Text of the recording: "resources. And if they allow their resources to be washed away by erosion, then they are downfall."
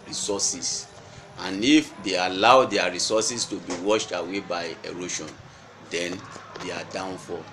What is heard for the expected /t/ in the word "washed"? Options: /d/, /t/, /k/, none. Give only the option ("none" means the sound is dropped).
/t/